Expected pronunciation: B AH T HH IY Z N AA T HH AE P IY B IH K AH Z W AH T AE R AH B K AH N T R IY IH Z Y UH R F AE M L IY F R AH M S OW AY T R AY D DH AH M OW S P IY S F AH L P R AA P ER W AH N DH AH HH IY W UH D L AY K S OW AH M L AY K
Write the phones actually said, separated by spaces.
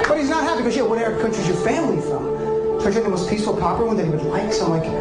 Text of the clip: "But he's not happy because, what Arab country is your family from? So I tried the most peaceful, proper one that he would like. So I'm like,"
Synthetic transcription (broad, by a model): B AH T HH IY Z N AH T HH AE P IY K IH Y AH W AH T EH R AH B K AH N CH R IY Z Y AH R F AE M L IY F R AH M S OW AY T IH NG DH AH M OW S P IY S F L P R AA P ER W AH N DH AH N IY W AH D L AY K S AH M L AY K